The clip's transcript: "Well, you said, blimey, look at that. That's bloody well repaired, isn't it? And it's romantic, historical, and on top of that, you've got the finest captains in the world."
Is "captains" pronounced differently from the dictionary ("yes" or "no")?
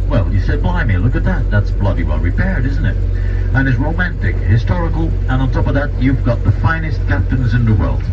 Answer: no